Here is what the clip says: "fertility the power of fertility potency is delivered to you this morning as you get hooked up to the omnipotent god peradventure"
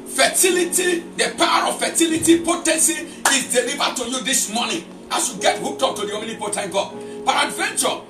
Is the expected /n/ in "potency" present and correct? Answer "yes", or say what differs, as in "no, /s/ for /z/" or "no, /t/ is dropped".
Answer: yes